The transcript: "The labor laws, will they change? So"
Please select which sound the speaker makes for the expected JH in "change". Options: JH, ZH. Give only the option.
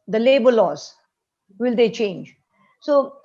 JH